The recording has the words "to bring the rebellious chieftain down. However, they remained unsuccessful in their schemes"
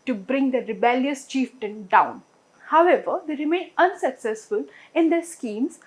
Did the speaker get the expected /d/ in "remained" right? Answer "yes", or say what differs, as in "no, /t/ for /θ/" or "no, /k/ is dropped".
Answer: no, /d/ is dropped